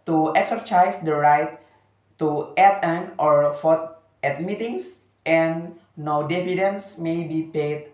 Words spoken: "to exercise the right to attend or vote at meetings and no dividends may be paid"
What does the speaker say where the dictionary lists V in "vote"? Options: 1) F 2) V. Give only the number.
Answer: 1